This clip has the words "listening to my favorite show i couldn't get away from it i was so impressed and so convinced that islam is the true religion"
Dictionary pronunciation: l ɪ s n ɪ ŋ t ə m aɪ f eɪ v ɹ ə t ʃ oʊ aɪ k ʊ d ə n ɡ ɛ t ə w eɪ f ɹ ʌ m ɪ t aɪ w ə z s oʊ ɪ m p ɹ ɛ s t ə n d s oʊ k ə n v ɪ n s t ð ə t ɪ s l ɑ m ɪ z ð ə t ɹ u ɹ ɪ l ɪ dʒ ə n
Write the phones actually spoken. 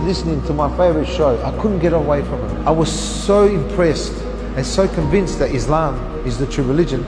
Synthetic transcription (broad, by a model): l ɪ s n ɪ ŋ t ə m aɪ f eɪ v ɹ ə t ʃ oʊ aɪ k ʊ d n ɡ ɛ t ə w eɪ f ɹ ʌ m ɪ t aɪ w ə z s oʊ ɪ m p ɹ ɛ s t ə n s oʊ k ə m v ɪ n s t ð ə t ɪ s l ɑ m ɪ z ð ə t ɹ u ɹ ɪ l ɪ dʒ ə n